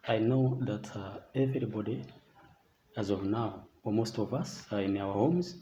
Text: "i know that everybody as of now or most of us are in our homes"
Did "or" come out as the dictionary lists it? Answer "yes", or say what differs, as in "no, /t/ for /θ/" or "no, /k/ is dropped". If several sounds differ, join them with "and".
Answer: no, /l/ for /ɹ/